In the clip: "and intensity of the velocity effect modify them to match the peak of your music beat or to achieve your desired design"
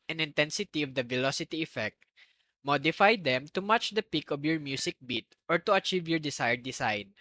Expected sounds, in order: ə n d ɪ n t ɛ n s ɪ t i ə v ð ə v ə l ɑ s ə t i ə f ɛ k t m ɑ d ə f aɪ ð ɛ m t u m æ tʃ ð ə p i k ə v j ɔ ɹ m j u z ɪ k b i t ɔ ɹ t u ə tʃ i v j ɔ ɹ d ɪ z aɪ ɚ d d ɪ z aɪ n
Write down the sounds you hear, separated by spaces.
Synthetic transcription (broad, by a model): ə n ɪ n t ɛ n s ɪ t i ə v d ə v ə l ɑ s ə t i ə f ɛ k t m ɑ d ə f aɪ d ɛ m t u m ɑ tʃ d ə p i k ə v j ɔ ɹ m j u s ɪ k b i t ɔ ɹ t u ə tʃ i v j ɔ ɹ d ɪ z aɪ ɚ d d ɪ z aɪ n